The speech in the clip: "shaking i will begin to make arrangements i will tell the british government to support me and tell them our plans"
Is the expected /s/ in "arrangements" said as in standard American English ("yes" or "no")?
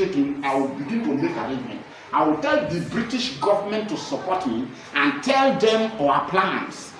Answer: no